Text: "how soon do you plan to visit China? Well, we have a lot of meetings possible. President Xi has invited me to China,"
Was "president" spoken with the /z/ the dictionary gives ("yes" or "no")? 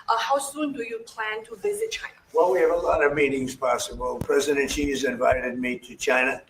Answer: yes